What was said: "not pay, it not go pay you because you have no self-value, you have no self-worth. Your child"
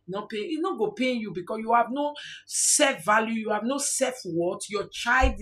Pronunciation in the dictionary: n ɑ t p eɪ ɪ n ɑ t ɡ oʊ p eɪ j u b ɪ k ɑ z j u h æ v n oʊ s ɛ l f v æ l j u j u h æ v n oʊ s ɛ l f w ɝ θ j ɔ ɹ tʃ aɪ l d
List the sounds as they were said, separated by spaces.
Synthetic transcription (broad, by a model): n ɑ p eɪ ɪ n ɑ ɡ oʊ p eɪ j u b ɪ k ɑ s j u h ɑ v n oʊ s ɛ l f v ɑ l j u j u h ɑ v n oʊ s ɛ f w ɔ t j ɔ tʃ aɪ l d